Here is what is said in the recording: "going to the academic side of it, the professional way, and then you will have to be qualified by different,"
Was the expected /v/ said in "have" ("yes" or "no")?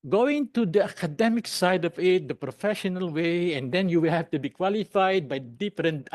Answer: no